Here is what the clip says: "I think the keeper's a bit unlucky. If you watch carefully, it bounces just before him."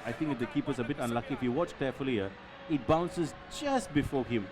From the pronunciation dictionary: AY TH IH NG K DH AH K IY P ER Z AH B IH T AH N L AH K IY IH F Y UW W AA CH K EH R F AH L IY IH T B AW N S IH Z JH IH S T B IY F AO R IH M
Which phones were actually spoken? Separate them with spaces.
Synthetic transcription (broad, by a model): AY T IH NG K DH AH K IY P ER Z AH B IH T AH N L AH K IY IH F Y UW W AA CH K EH F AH L IY IH T B AW N S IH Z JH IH S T B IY F AO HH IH M